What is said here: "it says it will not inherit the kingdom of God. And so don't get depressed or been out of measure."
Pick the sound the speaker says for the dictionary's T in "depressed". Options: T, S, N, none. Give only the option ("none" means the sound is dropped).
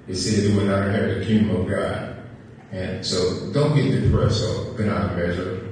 none